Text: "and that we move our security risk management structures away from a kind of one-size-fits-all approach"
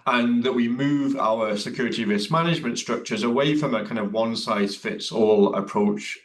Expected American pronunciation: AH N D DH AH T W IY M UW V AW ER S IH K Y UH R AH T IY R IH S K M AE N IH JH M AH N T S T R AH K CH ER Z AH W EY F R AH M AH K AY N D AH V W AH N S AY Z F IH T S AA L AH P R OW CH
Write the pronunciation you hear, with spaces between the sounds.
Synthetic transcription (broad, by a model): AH N DH AH T W IY M UW V AW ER S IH K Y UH R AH T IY R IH S M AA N IH JH M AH N T S T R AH K CH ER Z AH W EY F R AH M AH K AY N D AH V W AH N S AY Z F IH T S AA L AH P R OW CH